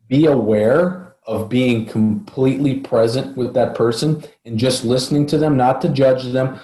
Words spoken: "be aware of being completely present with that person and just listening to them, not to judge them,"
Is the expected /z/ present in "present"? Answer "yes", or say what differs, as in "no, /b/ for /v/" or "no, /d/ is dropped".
yes